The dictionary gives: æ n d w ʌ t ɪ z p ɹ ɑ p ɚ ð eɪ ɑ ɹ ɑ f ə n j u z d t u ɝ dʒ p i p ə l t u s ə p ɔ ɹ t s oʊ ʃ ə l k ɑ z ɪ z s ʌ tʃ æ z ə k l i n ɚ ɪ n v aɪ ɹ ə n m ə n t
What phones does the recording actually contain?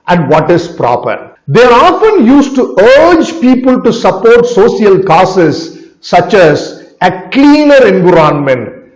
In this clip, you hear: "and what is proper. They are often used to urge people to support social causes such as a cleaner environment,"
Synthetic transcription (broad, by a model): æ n d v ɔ t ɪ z p ɹ ɑ p ɚ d eɪ ɑ ɹ ɑ f ə n j u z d t u ɝ dʒ p i p ə l t u s ə p ɔ ɹ t s oʊ s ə l k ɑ s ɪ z s ʌ tʃ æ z ə k l i n ɚ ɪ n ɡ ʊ ɹ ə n m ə n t